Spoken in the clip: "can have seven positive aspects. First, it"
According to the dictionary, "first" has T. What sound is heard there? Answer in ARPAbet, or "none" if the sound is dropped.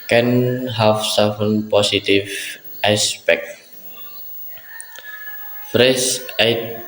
none